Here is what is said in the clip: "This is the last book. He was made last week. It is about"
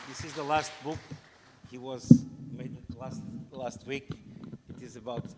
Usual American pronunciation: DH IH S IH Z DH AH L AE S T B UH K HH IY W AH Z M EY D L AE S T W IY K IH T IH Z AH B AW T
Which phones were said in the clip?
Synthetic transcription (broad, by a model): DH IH S IH Z DH AH L AE S T B UH K HH IY W AH Z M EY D L AE S T W IY K IH T IH Z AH B AW T